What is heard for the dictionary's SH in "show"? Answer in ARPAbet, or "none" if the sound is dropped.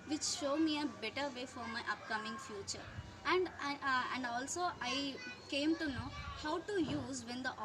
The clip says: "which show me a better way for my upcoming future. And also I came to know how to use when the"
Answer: SH